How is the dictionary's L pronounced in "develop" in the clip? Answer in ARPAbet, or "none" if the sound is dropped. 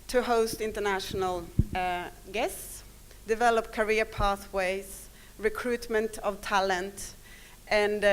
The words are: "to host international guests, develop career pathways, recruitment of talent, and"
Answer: L